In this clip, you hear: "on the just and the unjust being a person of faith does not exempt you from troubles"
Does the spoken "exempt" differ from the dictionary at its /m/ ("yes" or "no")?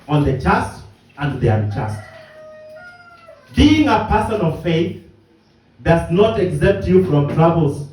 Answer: yes